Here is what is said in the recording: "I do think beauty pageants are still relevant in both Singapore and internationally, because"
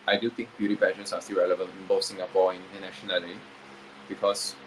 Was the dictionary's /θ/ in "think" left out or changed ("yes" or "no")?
yes